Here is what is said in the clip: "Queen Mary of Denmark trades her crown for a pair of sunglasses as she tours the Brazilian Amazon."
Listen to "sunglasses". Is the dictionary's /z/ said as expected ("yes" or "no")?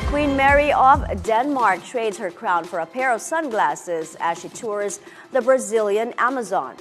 yes